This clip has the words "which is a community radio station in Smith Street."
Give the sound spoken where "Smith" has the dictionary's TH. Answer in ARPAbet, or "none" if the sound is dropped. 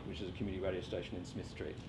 TH